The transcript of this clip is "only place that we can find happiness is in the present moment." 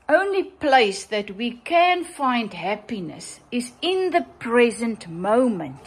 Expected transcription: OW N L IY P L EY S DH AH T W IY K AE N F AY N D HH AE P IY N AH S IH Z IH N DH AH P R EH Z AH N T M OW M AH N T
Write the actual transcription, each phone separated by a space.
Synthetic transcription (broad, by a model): OW N L IY P L EY S DH AH T W IY K AE N F AY N D HH AE P IY N AH S IH Z IH N DH AH P R EH Z AH N T M OW M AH N T